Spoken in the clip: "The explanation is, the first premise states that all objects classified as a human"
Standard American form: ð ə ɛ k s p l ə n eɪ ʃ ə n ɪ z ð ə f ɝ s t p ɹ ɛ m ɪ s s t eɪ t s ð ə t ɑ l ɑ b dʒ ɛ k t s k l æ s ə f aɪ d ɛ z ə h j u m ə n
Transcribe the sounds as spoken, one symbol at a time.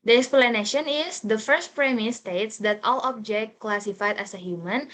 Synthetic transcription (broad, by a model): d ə ɛ k s p l ə n eɪ ʃ ə n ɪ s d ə f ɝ s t p ɹ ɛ m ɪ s s t eɪ t s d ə t ɑ l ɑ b dʒ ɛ k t k l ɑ s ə f aɪ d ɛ s ə h j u m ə n